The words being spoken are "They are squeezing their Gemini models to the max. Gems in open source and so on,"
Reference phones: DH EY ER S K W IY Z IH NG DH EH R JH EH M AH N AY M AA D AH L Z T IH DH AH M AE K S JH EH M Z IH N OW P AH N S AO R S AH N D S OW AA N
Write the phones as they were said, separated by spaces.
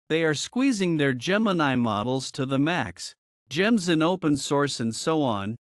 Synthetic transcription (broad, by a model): DH EY ER S K W IY Z IH NG DH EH R JH EH M AH N AY M AA D L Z T IH DH AH M AE K S JH EH M Z IH N OW P AH N S AO R S AH N D S OW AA N